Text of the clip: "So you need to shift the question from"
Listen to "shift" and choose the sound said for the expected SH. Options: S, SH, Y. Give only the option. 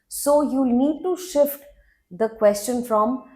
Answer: SH